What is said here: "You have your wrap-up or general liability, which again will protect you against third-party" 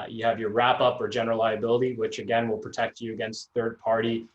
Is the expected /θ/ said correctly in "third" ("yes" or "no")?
yes